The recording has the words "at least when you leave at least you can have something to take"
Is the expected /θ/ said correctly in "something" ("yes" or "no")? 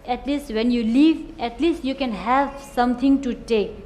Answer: no